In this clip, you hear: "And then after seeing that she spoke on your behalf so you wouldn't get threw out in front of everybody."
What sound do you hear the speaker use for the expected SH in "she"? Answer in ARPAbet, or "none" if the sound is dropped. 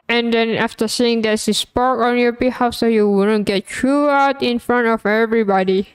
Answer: S